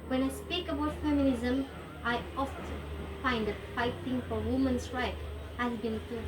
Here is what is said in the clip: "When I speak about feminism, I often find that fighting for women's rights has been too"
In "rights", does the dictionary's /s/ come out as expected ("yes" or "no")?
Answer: no